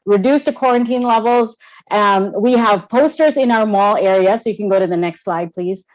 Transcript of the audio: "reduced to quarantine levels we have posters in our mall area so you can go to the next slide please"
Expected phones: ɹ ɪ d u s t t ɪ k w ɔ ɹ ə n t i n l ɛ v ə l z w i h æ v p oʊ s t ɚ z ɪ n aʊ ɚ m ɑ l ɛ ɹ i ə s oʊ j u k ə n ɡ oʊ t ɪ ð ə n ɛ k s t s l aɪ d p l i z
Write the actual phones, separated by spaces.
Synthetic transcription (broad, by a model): ɹ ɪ d u s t t ɪ k w ɔ ɹ ə n t i n l ɛ v l z w i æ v p oʊ s t ɚ z ɪ n aʊ ɚ m ɑ l ɛ ɹ i ə s oʊ j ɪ k ə n ɡ oʊ t ɪ ð ə n ɛ k s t s l aɪ d p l i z